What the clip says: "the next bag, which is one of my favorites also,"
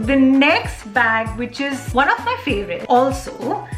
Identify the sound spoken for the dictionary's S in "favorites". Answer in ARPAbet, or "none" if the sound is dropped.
none